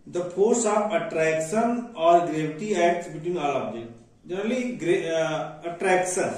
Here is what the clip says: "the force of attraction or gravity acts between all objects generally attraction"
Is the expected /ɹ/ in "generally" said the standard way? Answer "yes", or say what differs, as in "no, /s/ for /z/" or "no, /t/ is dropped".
no, /l/ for /ɹ/